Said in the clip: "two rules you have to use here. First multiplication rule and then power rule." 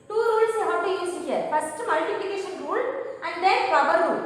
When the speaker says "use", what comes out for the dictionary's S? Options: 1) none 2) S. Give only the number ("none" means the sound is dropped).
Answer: 1